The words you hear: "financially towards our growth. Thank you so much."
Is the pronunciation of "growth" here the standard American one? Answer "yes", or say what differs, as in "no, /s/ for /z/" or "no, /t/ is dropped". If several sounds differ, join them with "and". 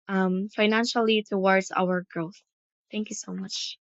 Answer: yes